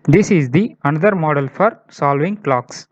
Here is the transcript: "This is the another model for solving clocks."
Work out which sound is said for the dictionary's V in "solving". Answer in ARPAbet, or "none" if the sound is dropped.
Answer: V